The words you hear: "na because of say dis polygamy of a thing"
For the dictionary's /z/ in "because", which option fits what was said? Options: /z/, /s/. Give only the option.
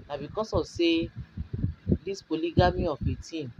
/s/